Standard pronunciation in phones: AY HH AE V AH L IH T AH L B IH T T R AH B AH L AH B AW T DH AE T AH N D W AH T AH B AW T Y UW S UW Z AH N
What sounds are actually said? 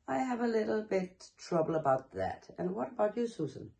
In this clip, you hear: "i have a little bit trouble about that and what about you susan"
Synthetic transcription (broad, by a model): AY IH V AH L IH T L B IH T T R AH B AH L AH B AW T DH AE T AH N W AH T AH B AW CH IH S UW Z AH N